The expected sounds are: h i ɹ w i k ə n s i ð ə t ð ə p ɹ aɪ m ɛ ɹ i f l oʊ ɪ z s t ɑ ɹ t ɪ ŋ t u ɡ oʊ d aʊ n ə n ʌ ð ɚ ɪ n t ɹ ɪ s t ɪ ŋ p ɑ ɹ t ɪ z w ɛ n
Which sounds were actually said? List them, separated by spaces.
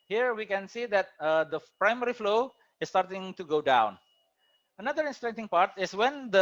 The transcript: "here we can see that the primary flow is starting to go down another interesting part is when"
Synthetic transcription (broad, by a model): h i ɹ w i k ə n s i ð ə t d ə p ɹ aɪ m ɛ ɹ i f l oʊ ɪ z s t ɑ ɹ t ɪ ŋ t u ɡ oʊ d aʊ n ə n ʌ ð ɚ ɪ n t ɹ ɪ t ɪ ŋ p ɑ ɹ t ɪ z w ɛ n